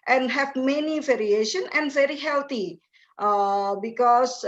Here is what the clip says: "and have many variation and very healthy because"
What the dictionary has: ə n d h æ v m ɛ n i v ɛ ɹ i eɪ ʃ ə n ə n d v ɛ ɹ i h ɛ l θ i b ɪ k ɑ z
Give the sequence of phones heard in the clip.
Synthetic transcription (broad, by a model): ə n d h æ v m ɛ n i v ɛ ɹ i eɪ ʃ ə n ə n d v ɛ ɹ i h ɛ l t i b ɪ k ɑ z